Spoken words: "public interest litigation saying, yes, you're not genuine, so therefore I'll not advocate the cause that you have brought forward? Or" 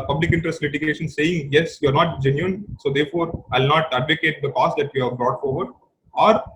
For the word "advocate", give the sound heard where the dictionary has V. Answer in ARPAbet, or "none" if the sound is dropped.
V